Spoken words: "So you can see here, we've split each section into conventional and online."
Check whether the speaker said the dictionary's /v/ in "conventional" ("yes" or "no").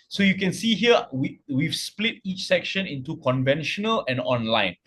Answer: yes